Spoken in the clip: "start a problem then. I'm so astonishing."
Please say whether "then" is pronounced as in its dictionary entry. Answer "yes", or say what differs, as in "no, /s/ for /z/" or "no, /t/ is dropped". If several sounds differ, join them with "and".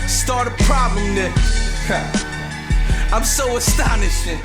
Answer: no, /n/ is dropped